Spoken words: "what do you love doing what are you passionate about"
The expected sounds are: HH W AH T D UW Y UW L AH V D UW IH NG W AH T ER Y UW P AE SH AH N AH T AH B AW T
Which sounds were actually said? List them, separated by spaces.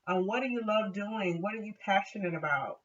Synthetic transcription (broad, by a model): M W AH T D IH Y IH L AH V D UW IH NG W AH T ER Y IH P AE SH AH N AH T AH B AW T